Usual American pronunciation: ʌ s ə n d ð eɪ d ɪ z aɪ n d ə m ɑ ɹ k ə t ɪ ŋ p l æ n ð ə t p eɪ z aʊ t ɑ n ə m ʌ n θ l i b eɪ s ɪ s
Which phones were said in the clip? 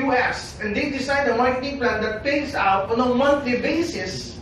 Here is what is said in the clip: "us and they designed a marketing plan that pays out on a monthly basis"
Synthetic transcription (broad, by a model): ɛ s ə n d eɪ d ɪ s aɪ d ə m ɑ ɹ k ə t ɪ ŋ p l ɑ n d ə t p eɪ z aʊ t ɑ n ə m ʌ n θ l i b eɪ s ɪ s